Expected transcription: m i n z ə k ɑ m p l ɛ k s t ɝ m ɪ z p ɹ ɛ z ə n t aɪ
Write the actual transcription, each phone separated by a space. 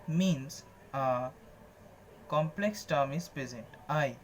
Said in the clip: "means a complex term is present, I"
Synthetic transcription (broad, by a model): m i n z ə k ɑ m p l ɛ k s t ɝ m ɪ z p ɹ ɛ z ə n t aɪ